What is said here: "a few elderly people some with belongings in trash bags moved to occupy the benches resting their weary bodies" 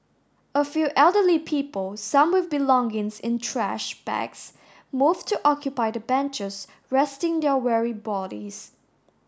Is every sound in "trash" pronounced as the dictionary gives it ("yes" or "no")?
yes